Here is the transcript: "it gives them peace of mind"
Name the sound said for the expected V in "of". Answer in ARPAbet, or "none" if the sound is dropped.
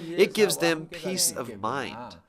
V